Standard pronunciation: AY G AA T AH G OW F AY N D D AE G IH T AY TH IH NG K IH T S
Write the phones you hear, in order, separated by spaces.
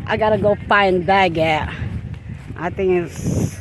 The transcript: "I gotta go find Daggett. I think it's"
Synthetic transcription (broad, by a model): AY G AA T AH G OW P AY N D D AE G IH T AY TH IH NG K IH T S